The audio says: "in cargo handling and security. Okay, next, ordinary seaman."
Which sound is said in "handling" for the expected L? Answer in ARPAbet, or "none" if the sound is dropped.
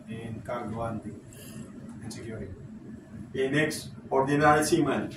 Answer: none